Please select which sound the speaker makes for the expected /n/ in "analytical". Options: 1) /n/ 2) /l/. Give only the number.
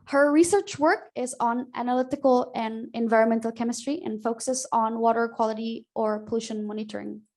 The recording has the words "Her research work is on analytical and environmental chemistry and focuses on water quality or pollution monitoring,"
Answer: 1